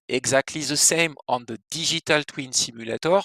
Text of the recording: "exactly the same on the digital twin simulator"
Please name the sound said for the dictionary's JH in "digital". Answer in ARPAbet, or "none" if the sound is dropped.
ZH